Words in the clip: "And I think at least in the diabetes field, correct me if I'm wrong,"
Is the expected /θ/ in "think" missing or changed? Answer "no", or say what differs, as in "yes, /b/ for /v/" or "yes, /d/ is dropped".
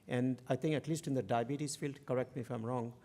yes, /t/ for /θ/